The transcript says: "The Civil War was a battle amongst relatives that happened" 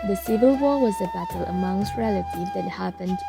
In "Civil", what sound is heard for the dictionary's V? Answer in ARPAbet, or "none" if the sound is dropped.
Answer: V